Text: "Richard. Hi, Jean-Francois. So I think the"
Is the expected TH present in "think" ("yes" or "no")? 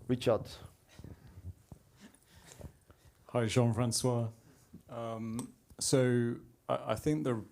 yes